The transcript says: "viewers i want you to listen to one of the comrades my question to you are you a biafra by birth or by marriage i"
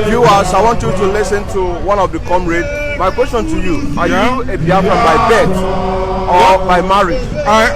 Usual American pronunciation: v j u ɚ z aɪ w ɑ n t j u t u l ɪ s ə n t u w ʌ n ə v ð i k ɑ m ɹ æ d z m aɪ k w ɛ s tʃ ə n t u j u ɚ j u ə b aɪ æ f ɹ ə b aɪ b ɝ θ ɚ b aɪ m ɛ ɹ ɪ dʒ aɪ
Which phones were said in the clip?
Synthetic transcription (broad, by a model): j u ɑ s aɪ w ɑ n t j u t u l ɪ s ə n t u w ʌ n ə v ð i k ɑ m ɹ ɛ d m aɪ k w ɛ s tʃ ə n t u j u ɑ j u ə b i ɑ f ə b aɪ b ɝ t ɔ b aɪ m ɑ ɹ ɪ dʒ